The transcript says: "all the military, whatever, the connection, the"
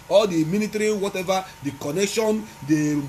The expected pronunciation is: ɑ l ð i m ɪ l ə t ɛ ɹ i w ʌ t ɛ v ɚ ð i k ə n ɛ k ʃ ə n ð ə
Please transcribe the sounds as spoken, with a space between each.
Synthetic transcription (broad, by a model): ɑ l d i m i n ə t ɹ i w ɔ t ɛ v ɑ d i k ə n ɛ k ʃ ə n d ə